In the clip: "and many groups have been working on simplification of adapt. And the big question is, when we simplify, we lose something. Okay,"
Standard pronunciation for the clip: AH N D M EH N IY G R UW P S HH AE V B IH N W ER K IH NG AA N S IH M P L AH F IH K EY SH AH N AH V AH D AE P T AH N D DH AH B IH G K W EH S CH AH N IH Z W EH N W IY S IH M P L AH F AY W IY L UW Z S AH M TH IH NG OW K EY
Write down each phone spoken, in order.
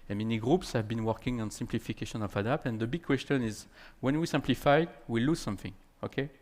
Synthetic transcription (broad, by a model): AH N M EH N IY G R UW P S HH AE V B IH N W ER K IH NG AA N S IH M P L AH F IH K EY SH AH N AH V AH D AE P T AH N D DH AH B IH G K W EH S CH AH N IH Z W EH N W IY S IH M P L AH F AY W IY L UW Z S AH M TH IH NG OW K EY